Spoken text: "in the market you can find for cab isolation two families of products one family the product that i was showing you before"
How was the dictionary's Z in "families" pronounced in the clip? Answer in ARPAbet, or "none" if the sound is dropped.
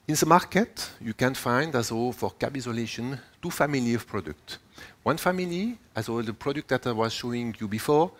none